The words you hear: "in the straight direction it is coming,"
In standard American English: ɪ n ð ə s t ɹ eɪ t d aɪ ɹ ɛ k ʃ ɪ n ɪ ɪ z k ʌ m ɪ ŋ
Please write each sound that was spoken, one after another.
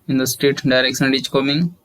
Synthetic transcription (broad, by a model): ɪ n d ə s t eɪ t d aɪ ɹ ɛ k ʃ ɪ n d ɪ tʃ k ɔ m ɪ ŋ